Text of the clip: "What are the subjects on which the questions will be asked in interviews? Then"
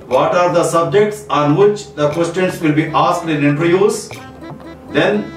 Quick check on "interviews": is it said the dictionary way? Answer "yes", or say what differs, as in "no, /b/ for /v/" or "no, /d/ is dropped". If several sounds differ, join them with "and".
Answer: no, /v/ is dropped